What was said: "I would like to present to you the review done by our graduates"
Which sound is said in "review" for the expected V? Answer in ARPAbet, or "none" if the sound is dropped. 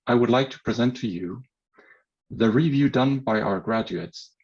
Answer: V